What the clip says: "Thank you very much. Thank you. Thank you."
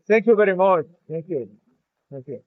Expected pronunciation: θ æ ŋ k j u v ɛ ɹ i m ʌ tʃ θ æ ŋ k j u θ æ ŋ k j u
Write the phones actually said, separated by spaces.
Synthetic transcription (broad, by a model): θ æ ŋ k j u b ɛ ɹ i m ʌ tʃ θ æ ŋ k j u θ æ ŋ k j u